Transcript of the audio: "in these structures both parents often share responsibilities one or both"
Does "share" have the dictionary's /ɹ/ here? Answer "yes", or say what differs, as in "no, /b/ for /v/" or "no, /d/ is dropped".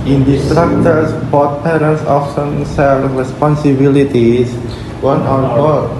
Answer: no, /l/ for /ɹ/